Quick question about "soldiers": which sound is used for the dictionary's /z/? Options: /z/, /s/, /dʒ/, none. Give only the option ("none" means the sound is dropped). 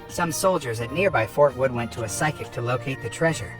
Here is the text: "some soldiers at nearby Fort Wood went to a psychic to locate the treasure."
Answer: /z/